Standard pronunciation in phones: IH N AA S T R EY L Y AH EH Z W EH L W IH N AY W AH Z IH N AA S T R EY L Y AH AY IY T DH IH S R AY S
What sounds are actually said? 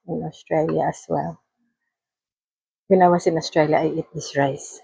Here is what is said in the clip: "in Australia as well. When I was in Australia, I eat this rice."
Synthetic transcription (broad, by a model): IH N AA S T R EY L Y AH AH S W EH L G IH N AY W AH S IH N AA S T R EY L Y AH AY IY T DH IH S R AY S